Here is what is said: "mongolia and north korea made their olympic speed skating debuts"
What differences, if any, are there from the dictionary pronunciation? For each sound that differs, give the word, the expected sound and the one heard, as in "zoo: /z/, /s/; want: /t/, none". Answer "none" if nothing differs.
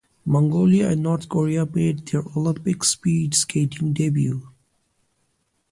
north: /θ/, /t/; debuts: /z/, none